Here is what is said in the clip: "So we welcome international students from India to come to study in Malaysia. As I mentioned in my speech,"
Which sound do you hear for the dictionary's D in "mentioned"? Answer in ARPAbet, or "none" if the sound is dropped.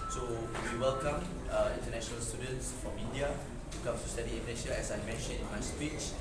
none